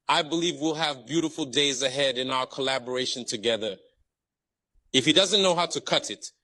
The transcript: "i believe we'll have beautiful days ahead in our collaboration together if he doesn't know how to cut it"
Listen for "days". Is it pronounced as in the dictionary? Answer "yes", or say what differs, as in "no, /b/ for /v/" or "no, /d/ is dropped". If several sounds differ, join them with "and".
yes